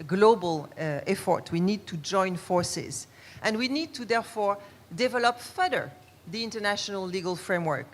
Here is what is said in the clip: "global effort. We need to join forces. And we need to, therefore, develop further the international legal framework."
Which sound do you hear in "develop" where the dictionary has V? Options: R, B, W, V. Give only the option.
V